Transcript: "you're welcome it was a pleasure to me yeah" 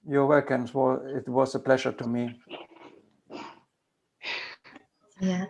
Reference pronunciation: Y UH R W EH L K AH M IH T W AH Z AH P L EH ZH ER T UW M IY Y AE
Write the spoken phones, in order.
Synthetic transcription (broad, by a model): Y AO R W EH K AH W IH T W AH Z AH P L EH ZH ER T UW M IY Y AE